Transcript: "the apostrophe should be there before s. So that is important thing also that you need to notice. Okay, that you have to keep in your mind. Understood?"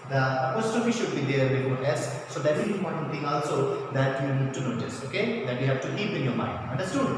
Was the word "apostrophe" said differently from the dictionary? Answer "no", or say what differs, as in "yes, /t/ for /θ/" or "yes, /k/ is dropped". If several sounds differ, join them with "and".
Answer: yes, /ɹ/ is dropped